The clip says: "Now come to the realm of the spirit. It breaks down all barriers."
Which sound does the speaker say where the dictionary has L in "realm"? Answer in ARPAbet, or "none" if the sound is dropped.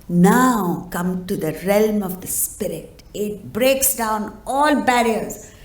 L